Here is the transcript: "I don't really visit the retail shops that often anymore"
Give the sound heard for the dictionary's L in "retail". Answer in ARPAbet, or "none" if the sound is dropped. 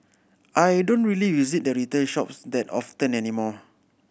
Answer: N